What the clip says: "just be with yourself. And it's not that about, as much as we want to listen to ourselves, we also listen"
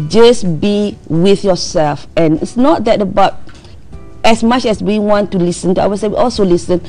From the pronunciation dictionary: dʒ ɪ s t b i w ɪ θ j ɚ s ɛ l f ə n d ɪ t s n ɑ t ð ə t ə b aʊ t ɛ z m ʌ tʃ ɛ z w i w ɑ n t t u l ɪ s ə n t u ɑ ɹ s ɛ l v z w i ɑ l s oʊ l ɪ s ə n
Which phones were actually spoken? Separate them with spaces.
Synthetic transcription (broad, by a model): dʒ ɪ s b i w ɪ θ j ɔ s ɛ l f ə n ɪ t s n ɑ t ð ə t ə b aʊ t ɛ s m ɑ tʃ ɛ s w i w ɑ n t t u l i s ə n t u ɑ w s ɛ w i ɑ l s oʊ l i s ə n